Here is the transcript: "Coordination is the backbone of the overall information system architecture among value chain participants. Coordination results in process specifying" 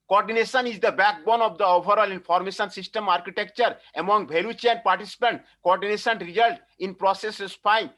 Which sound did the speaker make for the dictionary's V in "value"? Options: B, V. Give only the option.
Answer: B